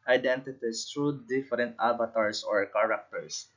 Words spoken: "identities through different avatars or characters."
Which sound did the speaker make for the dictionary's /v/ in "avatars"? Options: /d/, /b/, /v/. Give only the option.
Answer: /b/